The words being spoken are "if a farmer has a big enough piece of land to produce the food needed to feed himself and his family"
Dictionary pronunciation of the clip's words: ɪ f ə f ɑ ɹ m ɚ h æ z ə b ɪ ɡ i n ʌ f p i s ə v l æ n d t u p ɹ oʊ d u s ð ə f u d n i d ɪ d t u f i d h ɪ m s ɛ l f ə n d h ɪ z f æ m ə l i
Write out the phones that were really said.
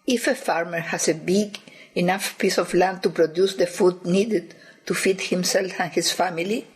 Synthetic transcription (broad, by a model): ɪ f ə f ɑ ɹ m ɚ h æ s ə b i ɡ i n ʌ f p i s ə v l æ n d t u p ɹ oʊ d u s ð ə f u d n i d ɪ d t u f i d h ɪ m s ɛ l f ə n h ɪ s f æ m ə l i